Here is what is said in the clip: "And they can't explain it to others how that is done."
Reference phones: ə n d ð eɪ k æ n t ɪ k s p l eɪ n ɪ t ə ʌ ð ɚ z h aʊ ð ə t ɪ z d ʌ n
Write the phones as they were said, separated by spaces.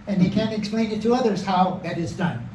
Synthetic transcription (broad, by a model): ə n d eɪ k æ n t ɪ k s p l eɪ n ɪ t ə ʌ ð ɚ z h aʊ ð ə t ɪ z d ʌ n